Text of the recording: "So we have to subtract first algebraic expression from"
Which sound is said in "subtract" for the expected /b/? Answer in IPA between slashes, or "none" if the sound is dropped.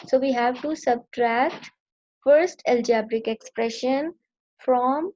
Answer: /b/